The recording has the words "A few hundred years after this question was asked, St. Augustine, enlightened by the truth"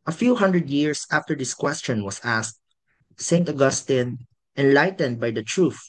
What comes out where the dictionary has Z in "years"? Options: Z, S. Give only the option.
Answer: S